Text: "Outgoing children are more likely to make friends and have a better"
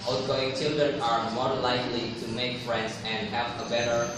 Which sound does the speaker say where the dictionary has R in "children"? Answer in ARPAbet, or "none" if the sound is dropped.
none